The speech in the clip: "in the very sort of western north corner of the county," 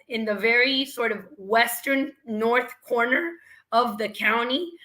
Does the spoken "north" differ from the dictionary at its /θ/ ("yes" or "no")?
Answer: no